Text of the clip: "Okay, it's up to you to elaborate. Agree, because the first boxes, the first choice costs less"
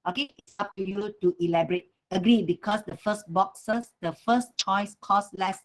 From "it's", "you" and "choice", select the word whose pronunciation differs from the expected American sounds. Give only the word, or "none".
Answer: none